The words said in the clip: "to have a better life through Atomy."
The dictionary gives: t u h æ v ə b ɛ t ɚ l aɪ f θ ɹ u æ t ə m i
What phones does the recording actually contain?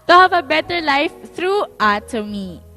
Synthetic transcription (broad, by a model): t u h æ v ə b ɛ t ɚ l aɪ f t ɹ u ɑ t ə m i